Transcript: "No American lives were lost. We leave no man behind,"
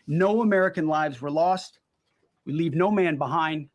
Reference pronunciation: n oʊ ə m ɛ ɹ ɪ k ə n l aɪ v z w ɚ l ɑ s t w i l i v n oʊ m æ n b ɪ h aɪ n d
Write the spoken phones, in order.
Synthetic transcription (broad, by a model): n oʊ ə m ɛ ɹ ɪ k ə n l aɪ v z w ɚ l ɑ s t w i l i v n oʊ m æ n b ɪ h aɪ n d